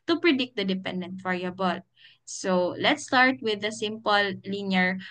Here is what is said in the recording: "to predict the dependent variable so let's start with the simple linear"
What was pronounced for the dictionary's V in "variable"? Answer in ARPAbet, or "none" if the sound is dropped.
F